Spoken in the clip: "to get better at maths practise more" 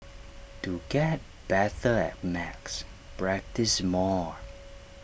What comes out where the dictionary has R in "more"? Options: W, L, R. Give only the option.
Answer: R